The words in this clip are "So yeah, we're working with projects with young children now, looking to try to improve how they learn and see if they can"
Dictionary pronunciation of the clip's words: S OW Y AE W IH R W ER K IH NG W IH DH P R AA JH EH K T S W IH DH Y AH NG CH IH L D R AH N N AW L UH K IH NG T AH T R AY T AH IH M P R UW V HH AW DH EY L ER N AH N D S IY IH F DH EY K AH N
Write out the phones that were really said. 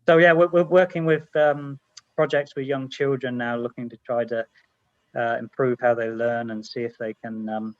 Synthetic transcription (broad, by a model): S OW Y AE W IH W W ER K IH NG W IH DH P R AA JH EH K T S W IH DH Y AH NG CH IH L D R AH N N AW L UH K IH NG T AH T R AY T AH IH M P R UW V HH AW DH EY L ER N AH N S IY IH F DH EY K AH N